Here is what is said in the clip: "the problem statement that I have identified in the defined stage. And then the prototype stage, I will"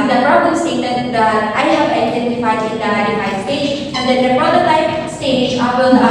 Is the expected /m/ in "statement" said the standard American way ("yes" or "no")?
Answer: no